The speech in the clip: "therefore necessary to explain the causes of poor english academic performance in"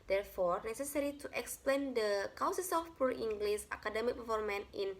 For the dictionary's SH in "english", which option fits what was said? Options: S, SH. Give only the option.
S